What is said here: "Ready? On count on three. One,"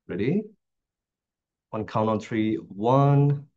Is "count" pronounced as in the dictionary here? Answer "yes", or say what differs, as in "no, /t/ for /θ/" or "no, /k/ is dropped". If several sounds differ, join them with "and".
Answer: no, /t/ is dropped